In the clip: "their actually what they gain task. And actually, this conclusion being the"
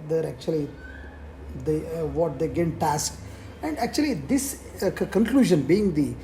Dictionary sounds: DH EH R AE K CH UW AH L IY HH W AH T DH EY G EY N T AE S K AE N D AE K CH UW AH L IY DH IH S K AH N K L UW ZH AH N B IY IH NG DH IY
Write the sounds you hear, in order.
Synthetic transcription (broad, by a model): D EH R AE K CH UW AH L IY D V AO T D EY G EY N T AE S K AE N D AE K CH UW AH L IY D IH S K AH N K L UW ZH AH N B IY IH NG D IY